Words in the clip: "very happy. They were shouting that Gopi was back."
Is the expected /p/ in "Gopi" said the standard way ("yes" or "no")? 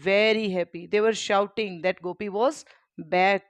yes